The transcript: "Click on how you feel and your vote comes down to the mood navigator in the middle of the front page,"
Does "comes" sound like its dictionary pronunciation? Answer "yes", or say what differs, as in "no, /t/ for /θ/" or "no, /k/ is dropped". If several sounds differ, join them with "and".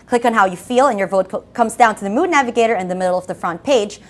yes